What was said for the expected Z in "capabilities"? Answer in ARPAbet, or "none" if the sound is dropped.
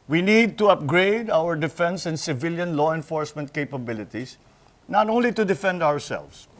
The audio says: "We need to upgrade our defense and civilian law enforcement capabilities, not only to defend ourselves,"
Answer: S